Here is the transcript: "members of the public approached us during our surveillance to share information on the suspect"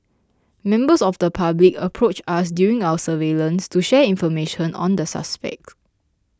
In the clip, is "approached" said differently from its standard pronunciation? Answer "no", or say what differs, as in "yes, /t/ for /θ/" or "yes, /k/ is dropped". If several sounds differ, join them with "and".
yes, /t/ is dropped